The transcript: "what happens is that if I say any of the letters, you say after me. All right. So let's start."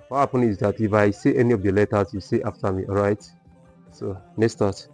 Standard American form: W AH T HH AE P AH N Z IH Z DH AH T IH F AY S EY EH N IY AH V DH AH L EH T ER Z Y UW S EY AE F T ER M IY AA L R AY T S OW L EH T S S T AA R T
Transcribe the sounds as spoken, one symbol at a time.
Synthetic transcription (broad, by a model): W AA HH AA P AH N IH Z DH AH T IH F AY S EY EH N IY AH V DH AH L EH T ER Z Y UW S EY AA F T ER M IY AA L R AY T S OW N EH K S S T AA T